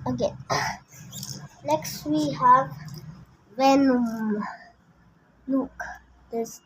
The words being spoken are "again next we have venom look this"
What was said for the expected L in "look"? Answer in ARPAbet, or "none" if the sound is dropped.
N